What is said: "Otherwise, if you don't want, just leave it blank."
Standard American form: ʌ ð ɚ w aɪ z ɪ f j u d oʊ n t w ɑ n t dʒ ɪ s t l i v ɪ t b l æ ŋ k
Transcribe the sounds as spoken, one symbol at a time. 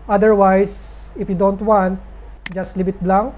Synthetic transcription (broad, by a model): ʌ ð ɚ w aɪ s ɪ f j u d oʊ n t w ɑ n t dʒ ɪ s t l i b ɪ t b l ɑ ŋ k